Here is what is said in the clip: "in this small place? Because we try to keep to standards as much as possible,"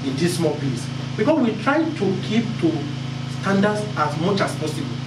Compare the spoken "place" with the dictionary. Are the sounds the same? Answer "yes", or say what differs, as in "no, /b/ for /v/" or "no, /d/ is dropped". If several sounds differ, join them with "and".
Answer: no, /l/ is dropped